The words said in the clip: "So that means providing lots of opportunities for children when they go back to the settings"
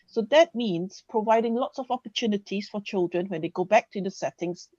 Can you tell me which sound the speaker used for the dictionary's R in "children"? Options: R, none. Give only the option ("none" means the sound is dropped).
R